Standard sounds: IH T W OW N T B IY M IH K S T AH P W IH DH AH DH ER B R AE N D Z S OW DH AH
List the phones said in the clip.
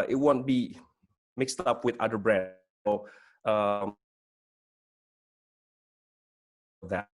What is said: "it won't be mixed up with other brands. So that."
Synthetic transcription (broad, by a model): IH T W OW N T B IY M IH K S T AH P W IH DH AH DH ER B R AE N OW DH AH